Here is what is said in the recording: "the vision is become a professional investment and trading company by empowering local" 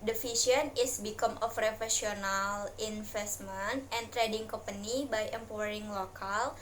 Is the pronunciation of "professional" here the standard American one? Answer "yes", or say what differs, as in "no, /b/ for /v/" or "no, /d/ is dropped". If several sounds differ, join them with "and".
no, /f/ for /p/